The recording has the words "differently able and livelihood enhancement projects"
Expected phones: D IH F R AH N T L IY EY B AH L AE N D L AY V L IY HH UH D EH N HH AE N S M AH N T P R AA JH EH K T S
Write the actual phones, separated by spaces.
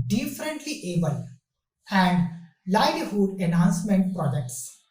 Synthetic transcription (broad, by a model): D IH F R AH N T L IY EY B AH L AE N D L AY L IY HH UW D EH N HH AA N S M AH N T P R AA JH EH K T S